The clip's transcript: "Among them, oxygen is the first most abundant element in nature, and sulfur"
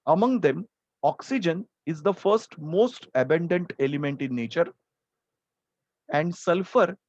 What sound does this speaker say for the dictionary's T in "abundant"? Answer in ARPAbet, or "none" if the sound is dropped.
T